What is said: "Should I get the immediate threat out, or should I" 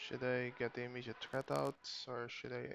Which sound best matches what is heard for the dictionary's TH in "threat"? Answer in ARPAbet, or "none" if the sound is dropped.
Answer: T